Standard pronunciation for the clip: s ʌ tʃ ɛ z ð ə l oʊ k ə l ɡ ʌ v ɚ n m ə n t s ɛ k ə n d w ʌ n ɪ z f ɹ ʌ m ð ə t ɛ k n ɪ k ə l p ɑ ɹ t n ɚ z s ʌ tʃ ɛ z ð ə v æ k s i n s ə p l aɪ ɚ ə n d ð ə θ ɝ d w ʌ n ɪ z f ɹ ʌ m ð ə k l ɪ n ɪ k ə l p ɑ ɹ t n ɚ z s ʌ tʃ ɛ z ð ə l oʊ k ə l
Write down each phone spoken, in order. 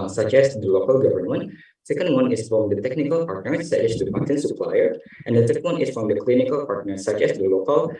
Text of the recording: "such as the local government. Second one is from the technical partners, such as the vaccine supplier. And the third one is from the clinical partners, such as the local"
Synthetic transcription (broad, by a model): s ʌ tʃ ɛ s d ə l oʊ k ə l ɡ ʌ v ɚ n m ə n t s ɛ k ə n d w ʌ n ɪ s f ɹ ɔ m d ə t ɛ k n ɪ k ə l p ɑ ɹ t n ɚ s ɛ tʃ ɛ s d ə p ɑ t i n s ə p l aɪ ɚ ə n d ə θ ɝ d w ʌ n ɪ s f ɹ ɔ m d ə k l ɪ n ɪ k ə l p ɑ ɹ t n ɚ s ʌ tʃ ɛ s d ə l oʊ k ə l